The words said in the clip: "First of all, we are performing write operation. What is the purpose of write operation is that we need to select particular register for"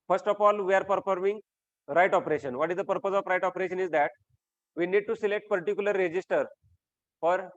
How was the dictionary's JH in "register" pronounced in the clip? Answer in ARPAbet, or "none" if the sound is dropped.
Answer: JH